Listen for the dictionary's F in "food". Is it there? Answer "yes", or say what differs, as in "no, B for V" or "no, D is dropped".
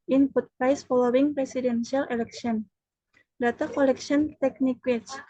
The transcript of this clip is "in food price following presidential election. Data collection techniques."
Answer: no, P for F